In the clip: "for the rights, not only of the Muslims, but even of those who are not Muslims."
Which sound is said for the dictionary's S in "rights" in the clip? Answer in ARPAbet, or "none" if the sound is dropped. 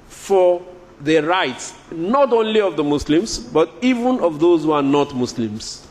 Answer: S